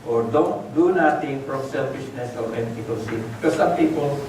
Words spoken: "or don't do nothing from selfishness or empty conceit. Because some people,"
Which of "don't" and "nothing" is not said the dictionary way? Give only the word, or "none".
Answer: nothing